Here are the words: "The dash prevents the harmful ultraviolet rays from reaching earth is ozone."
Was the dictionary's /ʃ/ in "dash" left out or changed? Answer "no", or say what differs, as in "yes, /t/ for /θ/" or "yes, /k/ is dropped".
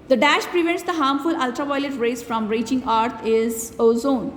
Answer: no